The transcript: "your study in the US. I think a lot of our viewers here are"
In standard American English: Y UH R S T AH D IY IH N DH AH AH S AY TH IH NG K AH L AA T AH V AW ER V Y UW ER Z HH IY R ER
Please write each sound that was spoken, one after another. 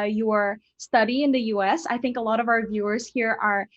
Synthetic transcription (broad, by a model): Y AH R S T AH D IY IH N DH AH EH S AY TH IH NG K AH L AA T AH V AW ER V Y UW ER Z HH IY R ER